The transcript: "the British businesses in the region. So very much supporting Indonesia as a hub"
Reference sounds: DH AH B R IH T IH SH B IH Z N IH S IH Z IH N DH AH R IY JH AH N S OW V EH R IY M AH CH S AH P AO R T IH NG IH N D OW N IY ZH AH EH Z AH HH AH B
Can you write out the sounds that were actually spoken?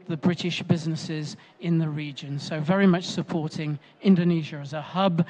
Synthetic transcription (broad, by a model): DH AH B R IH T IH SH B IH Z N IH S IH Z IH N DH AH R IY JH AH N S OW V EH R IY M AH CH S AH P AO R T IH NG IH N D OW N IY ZH AH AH Z AH HH AH B